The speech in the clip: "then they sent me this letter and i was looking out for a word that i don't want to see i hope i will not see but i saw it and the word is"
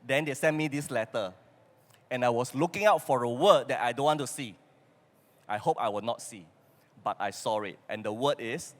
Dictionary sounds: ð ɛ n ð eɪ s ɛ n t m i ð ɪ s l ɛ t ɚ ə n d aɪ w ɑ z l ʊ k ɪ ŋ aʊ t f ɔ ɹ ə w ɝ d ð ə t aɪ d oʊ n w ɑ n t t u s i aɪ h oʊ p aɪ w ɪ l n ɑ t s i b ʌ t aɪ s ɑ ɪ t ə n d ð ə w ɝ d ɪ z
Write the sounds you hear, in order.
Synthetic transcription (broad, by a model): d ɛ n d eɪ s ɛ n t m i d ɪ s l ɛ t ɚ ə n aɪ w ɑ s l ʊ k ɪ ŋ aʊ t f ɔ ɹ ə w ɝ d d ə t aɪ d oʊ n w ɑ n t t u s i aɪ h oʊ p aɪ w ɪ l n ɑ t s i b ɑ t aɪ s ɑ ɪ t ə n d ə w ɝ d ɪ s